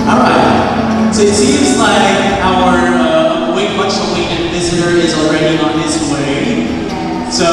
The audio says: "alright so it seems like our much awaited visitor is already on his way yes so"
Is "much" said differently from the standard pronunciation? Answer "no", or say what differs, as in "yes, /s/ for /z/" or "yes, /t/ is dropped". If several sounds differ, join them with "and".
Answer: yes, /s/ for /tʃ/